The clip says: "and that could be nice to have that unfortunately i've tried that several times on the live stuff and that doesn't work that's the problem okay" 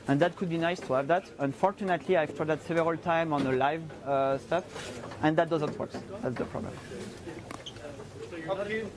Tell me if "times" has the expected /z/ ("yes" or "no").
no